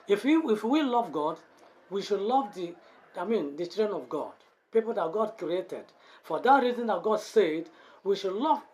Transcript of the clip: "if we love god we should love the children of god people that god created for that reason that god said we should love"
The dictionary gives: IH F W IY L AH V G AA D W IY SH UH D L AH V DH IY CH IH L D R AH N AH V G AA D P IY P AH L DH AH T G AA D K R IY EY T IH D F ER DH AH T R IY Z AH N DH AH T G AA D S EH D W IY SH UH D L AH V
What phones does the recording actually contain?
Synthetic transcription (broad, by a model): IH F W IY L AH V G AA D W IY SH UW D L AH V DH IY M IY N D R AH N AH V G AA D P IY P AH L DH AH T G AA D K R IY EY T IH D F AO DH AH T R IY Z AH N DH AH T G AA D S EH D W IY SH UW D L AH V